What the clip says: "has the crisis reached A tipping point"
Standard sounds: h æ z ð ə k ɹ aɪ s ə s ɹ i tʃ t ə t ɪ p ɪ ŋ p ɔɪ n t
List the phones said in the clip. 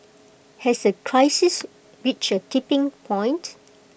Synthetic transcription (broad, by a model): h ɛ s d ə k ɹ aɪ s ə s w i tʃ ə t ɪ p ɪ ŋ p ɔɪ n t